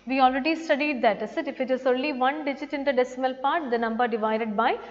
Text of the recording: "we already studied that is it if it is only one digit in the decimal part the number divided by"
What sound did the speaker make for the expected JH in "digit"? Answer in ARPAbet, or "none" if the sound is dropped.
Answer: JH